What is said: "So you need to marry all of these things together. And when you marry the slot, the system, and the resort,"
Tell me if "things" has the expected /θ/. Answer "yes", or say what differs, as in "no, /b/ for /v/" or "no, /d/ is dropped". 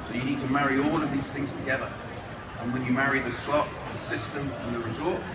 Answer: yes